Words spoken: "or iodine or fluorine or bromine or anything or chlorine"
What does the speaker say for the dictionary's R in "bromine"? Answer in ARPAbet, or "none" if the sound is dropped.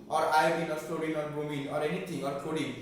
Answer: none